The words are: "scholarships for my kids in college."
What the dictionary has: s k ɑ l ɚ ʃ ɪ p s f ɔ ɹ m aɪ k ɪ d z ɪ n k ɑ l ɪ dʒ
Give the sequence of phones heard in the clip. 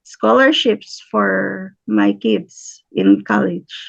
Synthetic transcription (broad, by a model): s k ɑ l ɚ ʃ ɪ p s f ɔ ɹ m aɪ k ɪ d s ɪ n k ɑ l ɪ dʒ